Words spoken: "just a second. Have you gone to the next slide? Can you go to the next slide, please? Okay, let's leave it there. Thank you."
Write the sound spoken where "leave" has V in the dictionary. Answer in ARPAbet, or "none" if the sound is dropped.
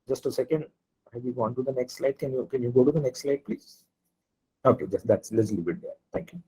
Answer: B